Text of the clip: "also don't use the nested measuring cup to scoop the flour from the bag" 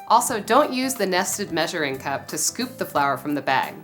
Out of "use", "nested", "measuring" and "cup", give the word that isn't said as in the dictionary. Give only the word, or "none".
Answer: none